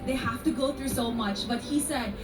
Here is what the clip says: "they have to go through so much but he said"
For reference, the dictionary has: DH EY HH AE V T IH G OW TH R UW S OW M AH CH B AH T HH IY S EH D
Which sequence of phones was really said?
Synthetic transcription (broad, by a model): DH EY HH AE F T IH G OW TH R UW S OW M AH CH B AH T HH IY S EH D